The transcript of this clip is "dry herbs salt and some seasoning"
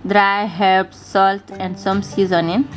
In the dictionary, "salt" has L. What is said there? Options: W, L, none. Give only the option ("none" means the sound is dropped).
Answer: L